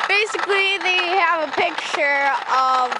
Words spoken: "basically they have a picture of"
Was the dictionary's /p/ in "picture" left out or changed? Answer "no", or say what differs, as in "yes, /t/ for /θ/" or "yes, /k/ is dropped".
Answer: no